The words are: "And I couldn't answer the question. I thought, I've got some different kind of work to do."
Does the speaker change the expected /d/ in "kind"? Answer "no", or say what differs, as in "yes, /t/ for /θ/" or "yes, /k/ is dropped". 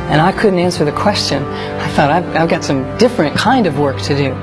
no